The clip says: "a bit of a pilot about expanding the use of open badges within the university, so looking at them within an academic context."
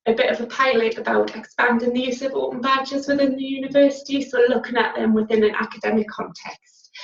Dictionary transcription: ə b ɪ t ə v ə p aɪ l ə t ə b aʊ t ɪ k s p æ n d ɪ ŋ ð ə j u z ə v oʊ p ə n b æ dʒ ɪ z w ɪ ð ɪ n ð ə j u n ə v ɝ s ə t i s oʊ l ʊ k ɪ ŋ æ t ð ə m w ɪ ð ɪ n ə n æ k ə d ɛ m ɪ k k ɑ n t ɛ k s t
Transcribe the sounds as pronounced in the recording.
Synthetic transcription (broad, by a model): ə b ɪ t ə v ə p aɪ l ə t ə b aʊ t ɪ k s p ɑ n d ɪ ŋ ð ə j u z ə v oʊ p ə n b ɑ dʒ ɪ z w ɪ ð ɪ n ð ə j u n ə v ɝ s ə t i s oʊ l ʊ k ɪ ŋ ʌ t ð ə m w ɪ ð ɪ n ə n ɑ k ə d ɛ m ɪ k k ɑ n t ɛ k s t